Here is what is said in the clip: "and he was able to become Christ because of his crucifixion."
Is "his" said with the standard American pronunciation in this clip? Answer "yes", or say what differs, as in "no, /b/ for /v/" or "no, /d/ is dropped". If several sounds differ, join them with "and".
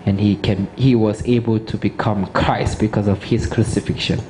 no, /s/ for /z/